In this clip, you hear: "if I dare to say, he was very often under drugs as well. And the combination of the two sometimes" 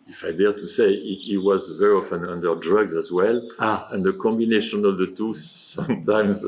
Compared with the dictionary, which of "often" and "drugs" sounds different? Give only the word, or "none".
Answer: none